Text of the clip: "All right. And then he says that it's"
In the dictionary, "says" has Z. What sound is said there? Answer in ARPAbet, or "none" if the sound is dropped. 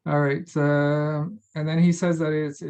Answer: Z